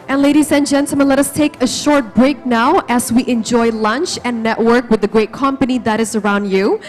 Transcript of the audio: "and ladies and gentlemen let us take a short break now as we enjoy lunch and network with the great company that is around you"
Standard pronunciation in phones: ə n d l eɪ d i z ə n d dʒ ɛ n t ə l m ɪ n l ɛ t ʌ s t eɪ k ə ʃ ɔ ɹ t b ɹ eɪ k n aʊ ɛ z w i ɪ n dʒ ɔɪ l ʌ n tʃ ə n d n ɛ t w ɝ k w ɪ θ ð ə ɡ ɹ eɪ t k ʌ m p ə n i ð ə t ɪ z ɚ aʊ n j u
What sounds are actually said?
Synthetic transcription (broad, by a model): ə n l eɪ d i z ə n dʒ ɛ n t l m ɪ n l ɛ t ʌ s t eɪ k ə ʃ ɔ ɹ t b ɹ eɪ k n aʊ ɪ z w i ɪ n dʒ ɔɪ l ʌ n tʃ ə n n ɛ t w ɝ k w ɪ ð ə ɡ ɹ eɪ t k ʌ m p ə n i ð ə t ɪ z ɚ aʊ n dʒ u